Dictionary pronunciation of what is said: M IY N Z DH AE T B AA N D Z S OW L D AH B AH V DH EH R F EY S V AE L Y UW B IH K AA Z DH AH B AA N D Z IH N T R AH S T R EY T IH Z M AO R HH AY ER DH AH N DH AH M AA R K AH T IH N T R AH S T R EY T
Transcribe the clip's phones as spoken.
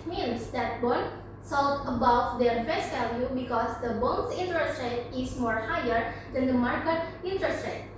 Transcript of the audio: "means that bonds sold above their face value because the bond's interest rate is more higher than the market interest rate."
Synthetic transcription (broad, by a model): M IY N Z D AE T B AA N S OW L AH B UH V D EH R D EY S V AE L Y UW B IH K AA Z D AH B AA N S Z IH N T R AH S T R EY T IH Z M AO R HH AY ER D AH N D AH M AA R K AH T IH N T R AH S T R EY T